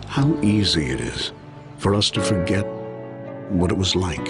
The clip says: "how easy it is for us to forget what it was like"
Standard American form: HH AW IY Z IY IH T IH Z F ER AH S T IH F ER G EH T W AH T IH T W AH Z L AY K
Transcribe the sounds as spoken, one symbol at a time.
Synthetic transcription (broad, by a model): HH AW IY Z IY IH T IH Z F ER AH S T IH F ER G EH T W AH T IH T W AH Z L AY K